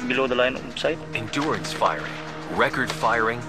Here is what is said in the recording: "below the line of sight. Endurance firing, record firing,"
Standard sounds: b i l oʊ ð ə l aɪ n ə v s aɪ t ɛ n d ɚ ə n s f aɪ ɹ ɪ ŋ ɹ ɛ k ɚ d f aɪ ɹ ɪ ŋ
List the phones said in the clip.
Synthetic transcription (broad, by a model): b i l oʊ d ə l aɪ n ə p s aɪ t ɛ n d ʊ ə n s f aɪ ɹ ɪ ŋ ɹ ɛ k ɚ d f aɪ ɹ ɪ ŋ